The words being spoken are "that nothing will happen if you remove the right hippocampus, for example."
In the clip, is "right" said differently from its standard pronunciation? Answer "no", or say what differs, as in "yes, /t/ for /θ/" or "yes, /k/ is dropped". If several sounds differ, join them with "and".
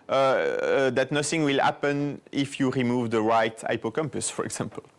no